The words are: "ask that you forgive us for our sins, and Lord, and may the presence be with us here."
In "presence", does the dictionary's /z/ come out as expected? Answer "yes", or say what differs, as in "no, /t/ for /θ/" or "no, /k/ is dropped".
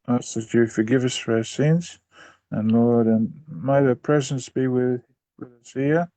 yes